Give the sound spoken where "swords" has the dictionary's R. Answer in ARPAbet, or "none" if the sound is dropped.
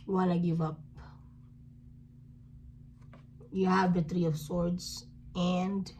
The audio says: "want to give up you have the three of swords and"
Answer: R